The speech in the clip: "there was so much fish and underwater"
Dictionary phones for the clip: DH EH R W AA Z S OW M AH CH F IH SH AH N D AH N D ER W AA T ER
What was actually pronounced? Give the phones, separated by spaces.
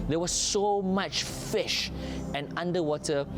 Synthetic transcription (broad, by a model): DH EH W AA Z S OW M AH CH F IH SH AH N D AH N D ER W AA T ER